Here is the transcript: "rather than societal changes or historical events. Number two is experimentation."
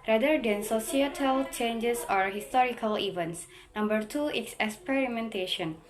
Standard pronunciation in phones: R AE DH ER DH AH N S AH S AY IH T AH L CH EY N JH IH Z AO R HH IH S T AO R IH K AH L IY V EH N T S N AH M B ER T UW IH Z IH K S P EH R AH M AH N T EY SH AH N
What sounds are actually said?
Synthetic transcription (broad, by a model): R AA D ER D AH N S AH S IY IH T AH L CH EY N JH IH S AO R HH IH S T AO R IH K AH L IY V EH N T S N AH M B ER T UW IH S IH K S P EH R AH M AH N T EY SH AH N